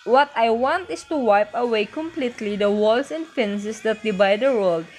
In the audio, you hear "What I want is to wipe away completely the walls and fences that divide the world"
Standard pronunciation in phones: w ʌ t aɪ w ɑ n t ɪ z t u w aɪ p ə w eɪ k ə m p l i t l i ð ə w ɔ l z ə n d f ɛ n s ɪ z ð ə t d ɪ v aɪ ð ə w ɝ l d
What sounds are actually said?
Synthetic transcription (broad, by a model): w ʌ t aɪ w ɑ n t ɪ s t u w aɪ p ə w eɪ k ə m p l i t l i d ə w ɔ l s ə n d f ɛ n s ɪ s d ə t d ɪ b aɪ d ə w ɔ l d